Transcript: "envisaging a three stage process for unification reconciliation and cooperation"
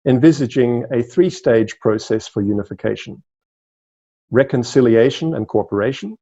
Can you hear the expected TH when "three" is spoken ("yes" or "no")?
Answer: yes